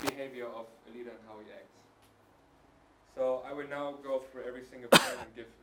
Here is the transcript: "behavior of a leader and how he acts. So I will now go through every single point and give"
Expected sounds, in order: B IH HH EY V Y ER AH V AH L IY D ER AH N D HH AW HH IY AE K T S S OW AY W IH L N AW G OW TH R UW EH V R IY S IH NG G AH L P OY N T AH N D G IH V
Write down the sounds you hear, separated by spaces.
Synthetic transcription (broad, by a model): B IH HH EY V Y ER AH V AH L IY D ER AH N HH AW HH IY AE K T S S OW AY W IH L N AW G OW F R EH V R IY S IH NG G AH L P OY T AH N G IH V